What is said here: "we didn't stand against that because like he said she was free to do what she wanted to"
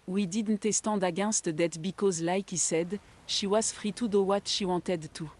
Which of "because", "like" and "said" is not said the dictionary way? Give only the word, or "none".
none